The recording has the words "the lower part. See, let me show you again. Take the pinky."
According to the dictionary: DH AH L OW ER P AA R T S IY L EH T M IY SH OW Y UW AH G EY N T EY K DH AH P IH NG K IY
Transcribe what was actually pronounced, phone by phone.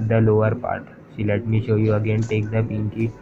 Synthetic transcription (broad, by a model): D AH L OW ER P AA R T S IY L EH T M IY SH OW Y UW AH G EY N T EY K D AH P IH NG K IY